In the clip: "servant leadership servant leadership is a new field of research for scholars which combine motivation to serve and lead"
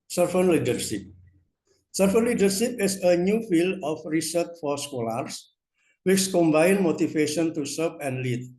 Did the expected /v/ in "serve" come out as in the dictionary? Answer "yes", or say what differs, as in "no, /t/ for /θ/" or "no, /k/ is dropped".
no, /p/ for /v/